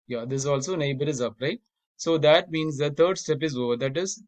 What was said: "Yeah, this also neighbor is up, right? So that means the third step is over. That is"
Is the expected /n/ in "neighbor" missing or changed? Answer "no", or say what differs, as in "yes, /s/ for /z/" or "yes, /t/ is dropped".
no